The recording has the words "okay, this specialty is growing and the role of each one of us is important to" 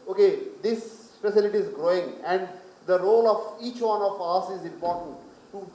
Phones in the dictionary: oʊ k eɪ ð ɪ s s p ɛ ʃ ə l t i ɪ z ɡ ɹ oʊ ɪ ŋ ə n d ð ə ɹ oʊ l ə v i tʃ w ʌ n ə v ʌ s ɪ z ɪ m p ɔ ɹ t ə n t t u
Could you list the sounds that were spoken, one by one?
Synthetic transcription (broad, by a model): oʊ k eɪ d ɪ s s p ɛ s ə l t i ɪ z ɡ ɹ oʊ ɪ ŋ ə n d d ə ɹ oʊ l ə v i tʃ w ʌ n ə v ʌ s ɪ z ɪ m p ɔ ɹ t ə n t t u